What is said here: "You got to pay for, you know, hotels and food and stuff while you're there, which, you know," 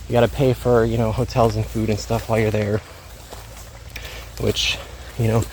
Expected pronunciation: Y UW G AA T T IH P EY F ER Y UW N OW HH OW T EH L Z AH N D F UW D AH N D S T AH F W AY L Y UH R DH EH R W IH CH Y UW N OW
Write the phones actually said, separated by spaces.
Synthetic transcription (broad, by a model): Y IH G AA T T IH P EY F ER Y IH N OW HH OW T EH L Z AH N F UW D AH N S T AH F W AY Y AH R DH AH R W IH CH Y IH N OW